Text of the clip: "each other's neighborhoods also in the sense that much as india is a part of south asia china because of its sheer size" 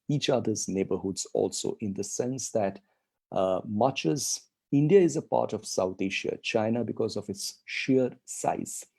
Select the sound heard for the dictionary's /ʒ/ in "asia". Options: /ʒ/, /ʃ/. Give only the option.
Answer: /ʃ/